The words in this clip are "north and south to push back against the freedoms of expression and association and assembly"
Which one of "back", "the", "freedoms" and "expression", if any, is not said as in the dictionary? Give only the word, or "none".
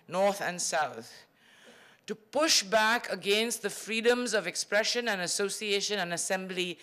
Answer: none